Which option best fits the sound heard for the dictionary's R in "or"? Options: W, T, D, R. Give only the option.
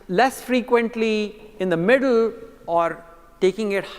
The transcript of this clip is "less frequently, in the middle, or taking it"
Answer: R